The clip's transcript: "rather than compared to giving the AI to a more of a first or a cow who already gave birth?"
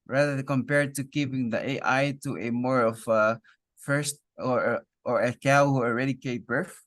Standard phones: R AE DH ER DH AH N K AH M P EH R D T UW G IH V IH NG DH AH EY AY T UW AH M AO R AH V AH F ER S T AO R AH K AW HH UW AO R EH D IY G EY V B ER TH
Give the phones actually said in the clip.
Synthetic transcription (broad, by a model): R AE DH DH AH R K AH M P EH R D T UW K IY P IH NG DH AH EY AY T UW AH M AO R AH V AH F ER S T AO R AH K AW HH UW AO R EH D IY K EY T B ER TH